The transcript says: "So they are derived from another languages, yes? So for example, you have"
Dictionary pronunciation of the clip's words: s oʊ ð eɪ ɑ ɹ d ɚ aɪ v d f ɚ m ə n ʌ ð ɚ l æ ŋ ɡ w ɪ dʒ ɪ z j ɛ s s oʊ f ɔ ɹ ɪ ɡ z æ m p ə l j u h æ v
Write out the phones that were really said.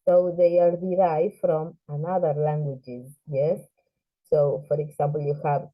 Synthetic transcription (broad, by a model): s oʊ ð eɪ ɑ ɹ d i aɪ f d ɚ m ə n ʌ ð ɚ l æ ŋ ɡ w ɪ dʒ ɪ z j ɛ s s oʊ f ɔ ɹ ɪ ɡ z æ m p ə l j u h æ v